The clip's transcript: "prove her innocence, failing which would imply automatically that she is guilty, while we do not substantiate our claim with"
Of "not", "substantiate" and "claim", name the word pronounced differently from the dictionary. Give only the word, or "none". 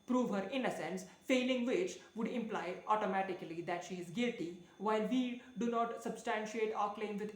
none